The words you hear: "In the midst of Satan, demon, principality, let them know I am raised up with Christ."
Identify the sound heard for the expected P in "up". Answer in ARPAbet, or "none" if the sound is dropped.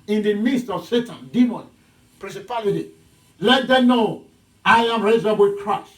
B